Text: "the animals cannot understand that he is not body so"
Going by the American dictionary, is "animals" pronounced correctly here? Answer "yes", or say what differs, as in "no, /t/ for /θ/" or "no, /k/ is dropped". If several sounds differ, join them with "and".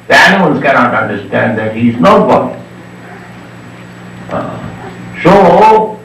no, /n/ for /l/